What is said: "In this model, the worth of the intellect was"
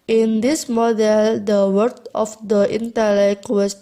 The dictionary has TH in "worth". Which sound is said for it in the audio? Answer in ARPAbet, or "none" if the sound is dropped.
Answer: T